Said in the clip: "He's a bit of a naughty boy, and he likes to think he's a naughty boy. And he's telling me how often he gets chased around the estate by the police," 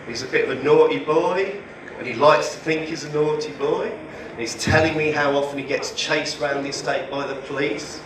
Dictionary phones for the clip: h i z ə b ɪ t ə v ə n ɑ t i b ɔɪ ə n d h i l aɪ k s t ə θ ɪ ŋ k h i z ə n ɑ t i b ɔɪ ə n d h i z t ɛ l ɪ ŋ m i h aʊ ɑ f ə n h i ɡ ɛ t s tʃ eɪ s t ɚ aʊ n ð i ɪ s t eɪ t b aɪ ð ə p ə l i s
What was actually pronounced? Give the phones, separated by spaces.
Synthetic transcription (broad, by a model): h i z ə b ɪ t ə v ə n ɑ t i b ɔɪ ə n i l aɪ k s t ə θ ɪ ŋ k h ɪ z ə n ɑ t i b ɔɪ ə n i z t ɛ l ɪ ŋ m i h aʊ ɑ f ə n i ɡ ɛ t s tʃ eɪ s ɚ aʊ n ð i ɪ s t eɪ t b aɪ ð ə p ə l i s